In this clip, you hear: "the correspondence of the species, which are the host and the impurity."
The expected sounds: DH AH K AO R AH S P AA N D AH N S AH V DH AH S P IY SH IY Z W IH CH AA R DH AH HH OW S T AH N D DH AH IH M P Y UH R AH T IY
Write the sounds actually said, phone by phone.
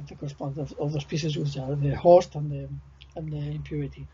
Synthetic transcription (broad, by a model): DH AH K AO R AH S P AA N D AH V AH V DH AH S P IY S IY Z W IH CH AA R DH AH HH OW S T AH N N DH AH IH M P Y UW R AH T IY